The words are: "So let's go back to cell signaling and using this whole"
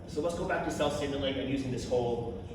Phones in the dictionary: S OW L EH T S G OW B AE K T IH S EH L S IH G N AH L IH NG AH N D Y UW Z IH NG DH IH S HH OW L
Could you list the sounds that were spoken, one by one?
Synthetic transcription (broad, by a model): S OW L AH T S G OW B AE K T IH S EH L S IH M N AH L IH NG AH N Y UW Z IH NG DH IH S HH OW L